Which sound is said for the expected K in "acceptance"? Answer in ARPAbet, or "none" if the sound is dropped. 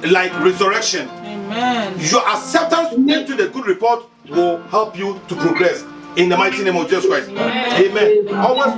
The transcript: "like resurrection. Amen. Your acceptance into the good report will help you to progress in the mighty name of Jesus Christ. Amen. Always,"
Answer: none